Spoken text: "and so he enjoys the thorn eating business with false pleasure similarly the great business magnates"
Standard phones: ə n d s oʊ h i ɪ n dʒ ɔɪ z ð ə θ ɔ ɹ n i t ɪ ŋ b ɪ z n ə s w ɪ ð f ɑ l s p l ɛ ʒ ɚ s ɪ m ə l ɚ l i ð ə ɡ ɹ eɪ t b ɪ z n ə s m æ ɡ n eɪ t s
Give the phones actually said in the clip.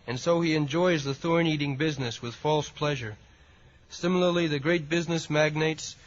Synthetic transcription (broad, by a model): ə n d s oʊ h i ɪ n dʒ ɔɪ z ð ə θ ɔ ɹ n i t ɪ ŋ b ɪ z n ə s w ɪ ð f ɑ l s p l ɛ ʒ ɚ s ɪ m l ɚ l i ð ə ɡ ɹ eɪ t b ɪ z n ə s m æ ɡ n eɪ t s